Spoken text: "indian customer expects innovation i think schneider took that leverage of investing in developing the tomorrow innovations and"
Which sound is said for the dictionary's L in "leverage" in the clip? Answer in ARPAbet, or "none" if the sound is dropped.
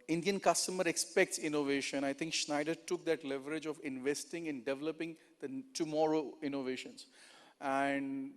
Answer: L